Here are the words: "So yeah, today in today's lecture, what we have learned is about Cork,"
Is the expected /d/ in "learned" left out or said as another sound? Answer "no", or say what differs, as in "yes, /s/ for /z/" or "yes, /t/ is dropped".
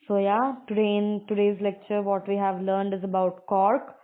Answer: no